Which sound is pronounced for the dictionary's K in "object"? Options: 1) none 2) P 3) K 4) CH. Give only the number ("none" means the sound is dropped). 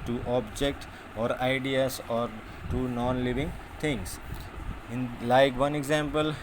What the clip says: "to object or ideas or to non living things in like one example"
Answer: 3